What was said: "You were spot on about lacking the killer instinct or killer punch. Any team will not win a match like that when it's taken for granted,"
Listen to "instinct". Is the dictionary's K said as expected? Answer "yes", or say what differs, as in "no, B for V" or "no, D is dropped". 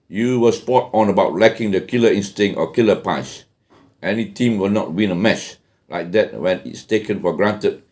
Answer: no, K is dropped